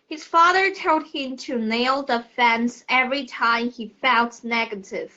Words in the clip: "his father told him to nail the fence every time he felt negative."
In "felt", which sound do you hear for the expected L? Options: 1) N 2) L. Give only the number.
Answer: 1